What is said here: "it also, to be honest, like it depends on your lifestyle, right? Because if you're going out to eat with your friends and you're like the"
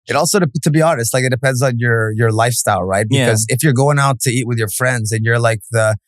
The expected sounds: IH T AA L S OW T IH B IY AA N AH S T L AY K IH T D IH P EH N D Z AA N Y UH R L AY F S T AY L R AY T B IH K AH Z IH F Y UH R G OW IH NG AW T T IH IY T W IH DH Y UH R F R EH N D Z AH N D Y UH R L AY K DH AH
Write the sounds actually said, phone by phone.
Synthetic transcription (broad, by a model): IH T AA L S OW T IH B IY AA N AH S T L AY K IH T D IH P EH N D Z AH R Y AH R L AY F S T AY L R AY T B IH K AH Z IH F Y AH R G OW IH NG AW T T IH IY T W IH DH Y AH R F R EH N D Z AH N Y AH R L AY K DH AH